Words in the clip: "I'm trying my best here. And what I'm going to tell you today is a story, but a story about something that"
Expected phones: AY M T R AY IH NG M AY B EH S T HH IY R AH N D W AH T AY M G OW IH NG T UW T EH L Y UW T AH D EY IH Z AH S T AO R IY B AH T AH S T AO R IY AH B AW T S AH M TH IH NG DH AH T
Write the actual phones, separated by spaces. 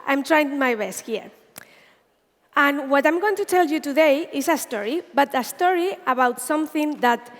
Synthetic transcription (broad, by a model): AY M T R AY IH NG M AY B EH S T HH IY R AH N W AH T AY M G OW IH NG T UW T EH L Y UW T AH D EY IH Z AH S T AO R IY B AH T AH S T AO R IY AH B AW T S AH M TH IH NG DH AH T